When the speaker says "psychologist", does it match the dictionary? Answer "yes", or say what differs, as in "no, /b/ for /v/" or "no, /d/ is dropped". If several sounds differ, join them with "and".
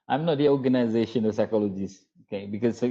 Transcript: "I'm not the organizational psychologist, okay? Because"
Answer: no, /t/ is dropped